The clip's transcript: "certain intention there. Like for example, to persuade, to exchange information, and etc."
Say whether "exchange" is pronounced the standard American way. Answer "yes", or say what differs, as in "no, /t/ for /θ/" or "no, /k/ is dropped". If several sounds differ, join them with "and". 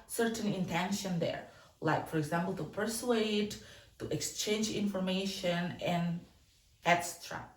yes